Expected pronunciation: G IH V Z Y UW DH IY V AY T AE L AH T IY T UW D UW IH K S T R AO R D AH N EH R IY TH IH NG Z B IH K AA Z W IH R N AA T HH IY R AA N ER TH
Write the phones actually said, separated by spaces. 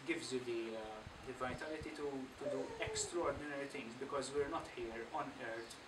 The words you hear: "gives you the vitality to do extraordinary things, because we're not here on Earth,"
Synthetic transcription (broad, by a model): G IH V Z Y UW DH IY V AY T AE L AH T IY T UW D UW IH K S T R AO R D AH N EH R IY T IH NG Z B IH K AA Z W IH R N AA T HH IY R AA N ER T